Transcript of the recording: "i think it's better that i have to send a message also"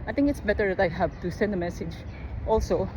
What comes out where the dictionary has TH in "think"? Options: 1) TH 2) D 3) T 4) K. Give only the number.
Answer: 3